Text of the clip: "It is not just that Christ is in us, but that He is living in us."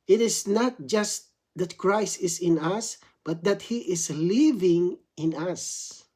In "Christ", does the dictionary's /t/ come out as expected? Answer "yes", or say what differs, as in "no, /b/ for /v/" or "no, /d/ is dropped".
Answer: yes